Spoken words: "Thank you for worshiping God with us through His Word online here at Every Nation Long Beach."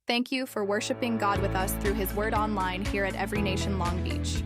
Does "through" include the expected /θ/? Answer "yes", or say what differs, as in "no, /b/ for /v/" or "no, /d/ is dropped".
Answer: yes